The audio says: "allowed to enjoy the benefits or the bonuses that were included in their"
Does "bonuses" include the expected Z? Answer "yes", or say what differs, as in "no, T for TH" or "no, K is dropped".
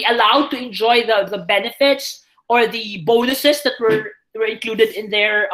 no, S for Z